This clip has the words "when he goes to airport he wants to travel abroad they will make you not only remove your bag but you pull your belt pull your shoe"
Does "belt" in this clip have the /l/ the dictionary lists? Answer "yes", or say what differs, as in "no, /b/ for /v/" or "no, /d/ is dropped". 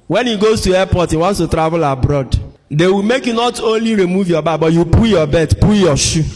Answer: no, /l/ is dropped